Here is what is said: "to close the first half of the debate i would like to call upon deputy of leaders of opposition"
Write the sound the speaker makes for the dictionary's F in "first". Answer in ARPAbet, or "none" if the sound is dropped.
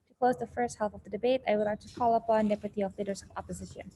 F